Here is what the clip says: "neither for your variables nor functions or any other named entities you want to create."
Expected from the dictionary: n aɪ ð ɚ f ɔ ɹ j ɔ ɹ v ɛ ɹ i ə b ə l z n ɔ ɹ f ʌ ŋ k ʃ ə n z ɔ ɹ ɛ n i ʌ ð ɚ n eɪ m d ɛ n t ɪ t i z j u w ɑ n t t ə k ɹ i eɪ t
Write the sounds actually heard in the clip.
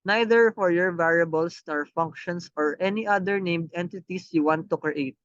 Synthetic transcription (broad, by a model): n aɪ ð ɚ f ɔ ɹ j ɔ ɹ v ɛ ɹ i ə b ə l s n ɔ ɹ f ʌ ŋ k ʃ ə n s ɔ ɹ ɛ n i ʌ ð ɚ n eɪ m d ɛ n t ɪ t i s j u w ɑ n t t ə k ɹ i eɪ t